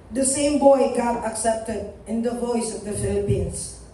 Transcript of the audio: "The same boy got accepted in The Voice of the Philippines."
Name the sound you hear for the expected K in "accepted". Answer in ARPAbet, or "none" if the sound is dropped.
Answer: K